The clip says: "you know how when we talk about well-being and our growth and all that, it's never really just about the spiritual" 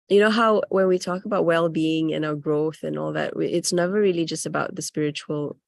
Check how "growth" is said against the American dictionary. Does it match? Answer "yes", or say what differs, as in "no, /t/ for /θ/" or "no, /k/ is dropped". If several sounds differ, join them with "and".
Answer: yes